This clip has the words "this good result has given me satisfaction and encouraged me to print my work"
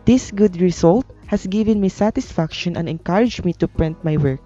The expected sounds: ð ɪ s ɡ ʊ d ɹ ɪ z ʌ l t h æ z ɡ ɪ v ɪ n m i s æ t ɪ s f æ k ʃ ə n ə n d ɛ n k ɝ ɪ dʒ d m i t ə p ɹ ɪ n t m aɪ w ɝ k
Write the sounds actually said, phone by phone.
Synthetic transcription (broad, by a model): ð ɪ s ɡ ʊ d ɹ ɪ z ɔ l t h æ s ɡ ɪ v ɪ n m i s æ t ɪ s f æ k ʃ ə n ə n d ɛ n k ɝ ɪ dʒ m i t ə p ɹ ɪ n t m aɪ w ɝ k